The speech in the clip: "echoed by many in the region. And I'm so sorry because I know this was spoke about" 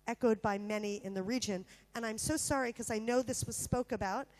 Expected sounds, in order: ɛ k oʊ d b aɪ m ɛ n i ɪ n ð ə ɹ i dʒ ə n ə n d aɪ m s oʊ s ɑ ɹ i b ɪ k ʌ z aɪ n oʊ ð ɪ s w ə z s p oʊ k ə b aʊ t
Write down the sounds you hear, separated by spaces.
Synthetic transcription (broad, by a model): ɛ k oʊ d b aɪ m ɛ n i ɪ n ð ə ɹ i dʒ ə n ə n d aɪ m s oʊ s ɑ ɹ i k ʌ z aɪ n oʊ ð ɪ s w ə z s p oʊ k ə b aʊ t